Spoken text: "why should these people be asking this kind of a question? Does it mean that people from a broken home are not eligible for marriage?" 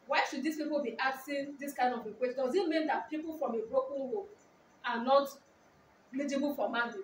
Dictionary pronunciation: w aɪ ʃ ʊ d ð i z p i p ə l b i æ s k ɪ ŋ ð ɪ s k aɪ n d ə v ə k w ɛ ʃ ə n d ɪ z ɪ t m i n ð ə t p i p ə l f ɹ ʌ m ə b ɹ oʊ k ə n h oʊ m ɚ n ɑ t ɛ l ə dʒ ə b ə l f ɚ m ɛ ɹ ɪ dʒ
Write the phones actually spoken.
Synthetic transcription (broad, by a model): w aɪ ʃ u d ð i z p i p ə l b i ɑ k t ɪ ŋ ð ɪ s k aɪ n d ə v ə k w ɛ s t d ɪ z ɪ t m i n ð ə t p i p ə l f ɹ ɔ m ə b ɹ oʊ k ə n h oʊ ɑ n ɑ t l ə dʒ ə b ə l f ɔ m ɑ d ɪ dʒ